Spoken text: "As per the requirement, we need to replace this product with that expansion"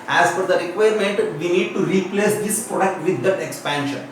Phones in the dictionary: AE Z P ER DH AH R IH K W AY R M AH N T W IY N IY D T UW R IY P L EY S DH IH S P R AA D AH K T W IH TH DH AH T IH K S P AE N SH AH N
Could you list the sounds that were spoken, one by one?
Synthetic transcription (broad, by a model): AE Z F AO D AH R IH K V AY R M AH N T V IY N IY D T UW R IY P L EY S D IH S P R AA D AH K T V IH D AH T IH K S P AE N SH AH N